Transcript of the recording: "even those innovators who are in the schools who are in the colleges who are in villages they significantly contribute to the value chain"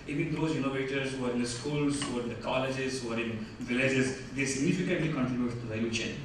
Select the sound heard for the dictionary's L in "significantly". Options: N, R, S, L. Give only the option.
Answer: L